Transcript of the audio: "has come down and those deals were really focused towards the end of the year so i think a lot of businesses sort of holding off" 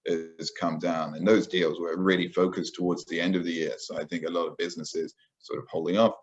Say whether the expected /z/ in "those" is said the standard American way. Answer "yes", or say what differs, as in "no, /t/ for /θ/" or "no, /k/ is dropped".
yes